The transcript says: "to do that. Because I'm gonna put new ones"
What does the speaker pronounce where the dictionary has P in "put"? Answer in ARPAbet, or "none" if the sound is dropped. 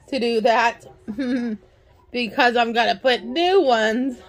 P